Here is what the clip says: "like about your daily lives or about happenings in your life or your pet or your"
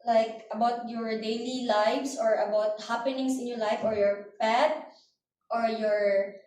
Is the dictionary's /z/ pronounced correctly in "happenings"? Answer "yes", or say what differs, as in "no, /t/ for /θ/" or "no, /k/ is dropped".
no, /s/ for /z/